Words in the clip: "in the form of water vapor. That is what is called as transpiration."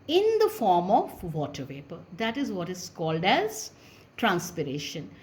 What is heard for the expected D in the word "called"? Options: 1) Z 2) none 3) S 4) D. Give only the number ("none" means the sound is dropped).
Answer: 4